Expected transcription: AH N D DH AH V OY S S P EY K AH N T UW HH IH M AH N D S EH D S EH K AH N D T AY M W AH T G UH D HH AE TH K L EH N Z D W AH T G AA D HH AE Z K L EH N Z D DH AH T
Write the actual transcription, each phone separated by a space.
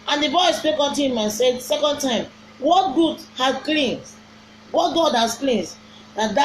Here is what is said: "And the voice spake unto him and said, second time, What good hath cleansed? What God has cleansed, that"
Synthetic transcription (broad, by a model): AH N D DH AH B OY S S P EY K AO N T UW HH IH M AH N S EH D S EH K AH N D T AY M W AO T G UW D HH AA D K L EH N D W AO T G AA D HH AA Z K L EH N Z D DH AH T